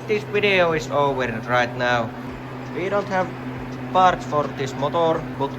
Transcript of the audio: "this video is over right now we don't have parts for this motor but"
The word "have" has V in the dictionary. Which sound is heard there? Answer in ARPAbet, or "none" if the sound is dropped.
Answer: V